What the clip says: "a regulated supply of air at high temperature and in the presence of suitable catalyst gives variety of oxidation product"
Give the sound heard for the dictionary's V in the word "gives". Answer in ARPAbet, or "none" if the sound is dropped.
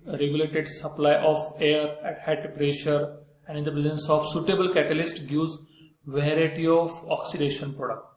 none